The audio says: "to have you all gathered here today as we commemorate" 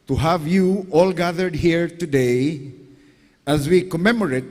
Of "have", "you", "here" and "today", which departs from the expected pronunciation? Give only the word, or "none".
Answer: none